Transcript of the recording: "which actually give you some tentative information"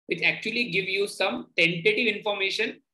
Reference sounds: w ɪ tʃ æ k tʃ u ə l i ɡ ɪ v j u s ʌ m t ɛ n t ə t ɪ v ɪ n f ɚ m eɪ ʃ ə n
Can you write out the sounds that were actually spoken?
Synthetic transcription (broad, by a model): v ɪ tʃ æ k tʃ u ə l i ɡ ɪ v j u s ʌ m t ɛ n t ə t ɪ v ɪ n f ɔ m eɪ ʃ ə n